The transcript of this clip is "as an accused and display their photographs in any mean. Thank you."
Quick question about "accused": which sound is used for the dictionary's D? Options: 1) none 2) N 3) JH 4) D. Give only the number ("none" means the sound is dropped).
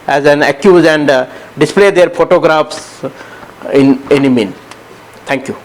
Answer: 1